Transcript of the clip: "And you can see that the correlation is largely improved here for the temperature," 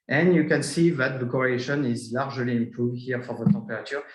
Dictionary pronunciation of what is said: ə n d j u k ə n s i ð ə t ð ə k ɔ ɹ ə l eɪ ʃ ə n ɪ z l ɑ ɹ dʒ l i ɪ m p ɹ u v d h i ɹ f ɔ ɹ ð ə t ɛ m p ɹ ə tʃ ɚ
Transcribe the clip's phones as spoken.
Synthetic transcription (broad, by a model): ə n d j u k ə n s i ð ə t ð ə k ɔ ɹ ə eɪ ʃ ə n ɪ z l ɑ ɹ ʒ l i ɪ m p u h i ɹ f ɔ ɹ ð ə t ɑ p ɹ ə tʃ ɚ